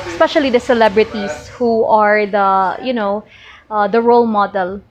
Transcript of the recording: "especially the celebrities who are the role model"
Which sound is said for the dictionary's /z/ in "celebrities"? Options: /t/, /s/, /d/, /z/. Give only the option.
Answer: /s/